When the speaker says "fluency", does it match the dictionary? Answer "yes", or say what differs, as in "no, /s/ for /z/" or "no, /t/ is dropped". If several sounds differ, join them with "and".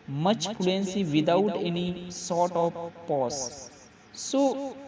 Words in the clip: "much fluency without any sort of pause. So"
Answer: no, /p/ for /f/